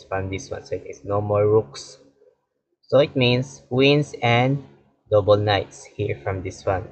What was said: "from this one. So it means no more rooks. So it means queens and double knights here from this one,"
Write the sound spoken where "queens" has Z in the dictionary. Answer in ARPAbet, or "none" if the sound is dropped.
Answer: S